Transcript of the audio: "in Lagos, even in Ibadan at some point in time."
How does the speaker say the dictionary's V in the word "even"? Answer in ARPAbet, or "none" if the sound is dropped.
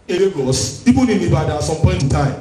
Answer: P